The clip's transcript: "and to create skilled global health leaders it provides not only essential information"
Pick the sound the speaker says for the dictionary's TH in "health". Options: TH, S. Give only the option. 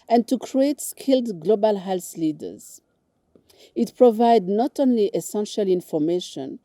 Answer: S